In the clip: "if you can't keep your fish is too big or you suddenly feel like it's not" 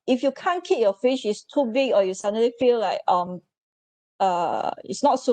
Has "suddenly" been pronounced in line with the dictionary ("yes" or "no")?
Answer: no